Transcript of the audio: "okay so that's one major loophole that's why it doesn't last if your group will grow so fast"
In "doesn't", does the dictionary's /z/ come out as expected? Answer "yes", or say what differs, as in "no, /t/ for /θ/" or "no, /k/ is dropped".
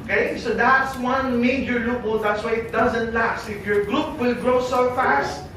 yes